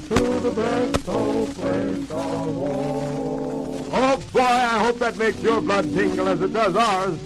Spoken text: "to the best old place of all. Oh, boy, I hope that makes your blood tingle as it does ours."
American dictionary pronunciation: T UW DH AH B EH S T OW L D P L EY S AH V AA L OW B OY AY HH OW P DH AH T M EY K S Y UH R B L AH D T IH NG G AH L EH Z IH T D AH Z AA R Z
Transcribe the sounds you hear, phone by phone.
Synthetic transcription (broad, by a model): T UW DH AH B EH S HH OW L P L EY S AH W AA OW B OY AY HH OW P DH AH T M EY K S Y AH R B L AH D T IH NG G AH L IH Z IH T D AH Z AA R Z